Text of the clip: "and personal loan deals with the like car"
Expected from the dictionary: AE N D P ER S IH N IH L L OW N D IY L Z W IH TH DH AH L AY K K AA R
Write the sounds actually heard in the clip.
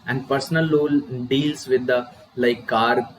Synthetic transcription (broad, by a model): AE N D P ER S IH N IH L L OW L D IY L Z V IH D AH L AY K K AA R